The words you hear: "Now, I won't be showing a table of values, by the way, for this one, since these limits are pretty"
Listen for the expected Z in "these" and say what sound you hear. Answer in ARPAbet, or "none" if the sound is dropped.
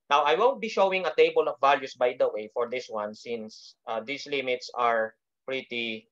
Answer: S